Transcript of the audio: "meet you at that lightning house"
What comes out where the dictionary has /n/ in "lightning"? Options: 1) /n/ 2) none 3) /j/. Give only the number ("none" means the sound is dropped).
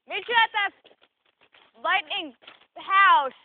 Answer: 1